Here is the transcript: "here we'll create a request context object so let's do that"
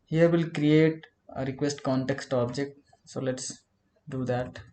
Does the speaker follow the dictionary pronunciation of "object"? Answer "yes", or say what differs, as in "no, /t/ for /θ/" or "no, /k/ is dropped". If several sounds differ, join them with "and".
yes